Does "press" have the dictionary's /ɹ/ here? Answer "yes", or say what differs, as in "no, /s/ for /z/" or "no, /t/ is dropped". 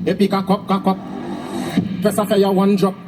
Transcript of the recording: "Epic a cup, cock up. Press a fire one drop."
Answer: no, /ɹ/ is dropped